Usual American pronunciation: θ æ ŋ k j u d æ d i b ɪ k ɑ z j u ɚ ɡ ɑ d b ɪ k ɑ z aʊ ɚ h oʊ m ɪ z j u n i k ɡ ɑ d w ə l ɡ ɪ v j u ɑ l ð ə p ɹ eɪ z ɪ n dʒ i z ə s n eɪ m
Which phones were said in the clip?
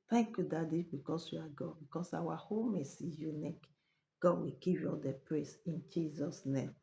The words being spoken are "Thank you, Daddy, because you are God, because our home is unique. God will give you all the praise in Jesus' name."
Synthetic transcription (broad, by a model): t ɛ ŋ k j u d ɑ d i b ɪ k ɑ s j u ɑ ɡ ɑ d b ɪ k ɑ s aʊ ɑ h oʊ m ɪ s j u n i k ɡ ɑ d w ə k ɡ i p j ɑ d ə p ɹ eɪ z ɪ n dʒ i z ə s n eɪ m